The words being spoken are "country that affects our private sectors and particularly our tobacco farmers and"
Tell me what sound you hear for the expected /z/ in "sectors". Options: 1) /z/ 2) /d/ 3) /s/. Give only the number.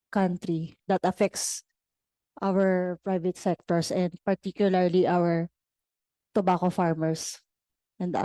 3